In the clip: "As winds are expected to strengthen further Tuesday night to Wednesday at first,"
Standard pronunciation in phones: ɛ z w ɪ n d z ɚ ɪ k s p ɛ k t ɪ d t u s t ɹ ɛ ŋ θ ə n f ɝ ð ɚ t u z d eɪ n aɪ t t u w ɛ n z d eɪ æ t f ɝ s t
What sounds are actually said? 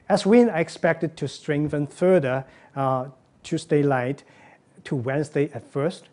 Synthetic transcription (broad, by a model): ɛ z w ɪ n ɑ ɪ ɪ k s p ɛ k t ɪ d t u s t ɹ ɛ ŋ θ ə n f ɝ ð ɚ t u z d eɪ l aɪ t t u w ɛ n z d eɪ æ t f ɝ s t